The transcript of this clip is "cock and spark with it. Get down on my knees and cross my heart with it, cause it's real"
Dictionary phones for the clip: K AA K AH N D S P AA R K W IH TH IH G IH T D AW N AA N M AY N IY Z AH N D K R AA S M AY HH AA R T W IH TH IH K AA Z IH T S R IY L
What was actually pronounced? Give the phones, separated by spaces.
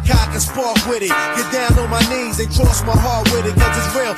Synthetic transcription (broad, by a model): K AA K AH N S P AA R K W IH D IH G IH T D AW N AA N M AY N IY Z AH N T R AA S M AY HH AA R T W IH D IH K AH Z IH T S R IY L